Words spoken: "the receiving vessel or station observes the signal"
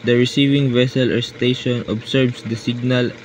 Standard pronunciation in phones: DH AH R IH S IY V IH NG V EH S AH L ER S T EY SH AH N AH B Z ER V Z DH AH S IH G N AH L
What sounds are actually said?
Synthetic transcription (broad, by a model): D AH R IH S IY V IH NG V EH S AH L ER S T EY SH AH N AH B S ER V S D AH S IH G N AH L